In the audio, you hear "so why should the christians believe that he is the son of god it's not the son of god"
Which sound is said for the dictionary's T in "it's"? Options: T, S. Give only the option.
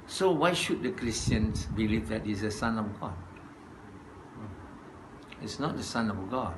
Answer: T